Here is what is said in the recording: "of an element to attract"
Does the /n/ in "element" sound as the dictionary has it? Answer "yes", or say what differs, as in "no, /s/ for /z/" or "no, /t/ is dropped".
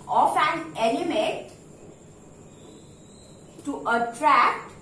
no, /n/ is dropped